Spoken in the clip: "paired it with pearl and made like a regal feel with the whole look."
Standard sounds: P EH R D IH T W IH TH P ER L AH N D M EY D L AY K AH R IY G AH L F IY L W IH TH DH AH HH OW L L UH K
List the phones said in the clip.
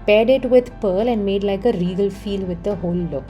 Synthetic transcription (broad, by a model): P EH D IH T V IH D P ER L AH N D M EY D L AY K AH R IY G AH L F IY L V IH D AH HH OW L L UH K